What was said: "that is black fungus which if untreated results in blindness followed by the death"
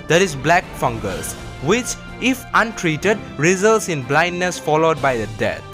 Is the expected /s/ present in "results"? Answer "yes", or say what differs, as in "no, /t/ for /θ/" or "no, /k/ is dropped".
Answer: yes